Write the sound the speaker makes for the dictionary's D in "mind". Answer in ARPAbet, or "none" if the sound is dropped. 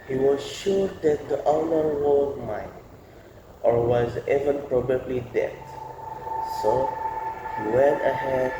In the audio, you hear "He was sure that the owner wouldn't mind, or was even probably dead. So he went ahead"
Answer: none